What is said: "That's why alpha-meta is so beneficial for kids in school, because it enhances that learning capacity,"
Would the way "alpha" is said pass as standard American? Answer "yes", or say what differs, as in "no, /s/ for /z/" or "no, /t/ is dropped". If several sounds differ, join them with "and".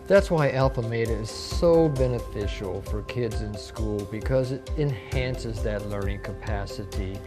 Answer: yes